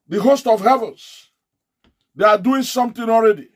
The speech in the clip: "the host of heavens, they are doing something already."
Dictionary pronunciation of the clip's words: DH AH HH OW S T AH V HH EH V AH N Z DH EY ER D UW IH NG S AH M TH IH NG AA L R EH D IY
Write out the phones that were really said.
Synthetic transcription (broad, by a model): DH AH HH OW S T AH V HH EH V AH N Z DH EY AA D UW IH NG S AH M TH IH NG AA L R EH D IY